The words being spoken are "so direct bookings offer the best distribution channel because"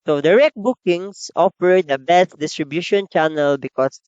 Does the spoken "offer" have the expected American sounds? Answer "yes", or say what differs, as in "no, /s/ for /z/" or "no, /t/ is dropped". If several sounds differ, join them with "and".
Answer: no, /p/ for /f/